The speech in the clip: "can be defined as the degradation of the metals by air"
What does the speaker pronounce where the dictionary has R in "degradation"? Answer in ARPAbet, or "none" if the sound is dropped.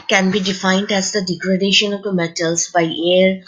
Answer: R